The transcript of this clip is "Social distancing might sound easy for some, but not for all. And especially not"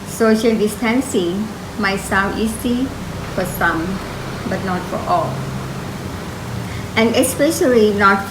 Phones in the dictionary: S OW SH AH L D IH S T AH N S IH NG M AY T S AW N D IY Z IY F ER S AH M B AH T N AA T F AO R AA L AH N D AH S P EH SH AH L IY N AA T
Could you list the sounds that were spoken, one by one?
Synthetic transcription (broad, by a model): S OW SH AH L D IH S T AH N S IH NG M AY T S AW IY S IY F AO S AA M B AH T N AA T F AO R AA L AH N AH S P EH SH AH L IY N AA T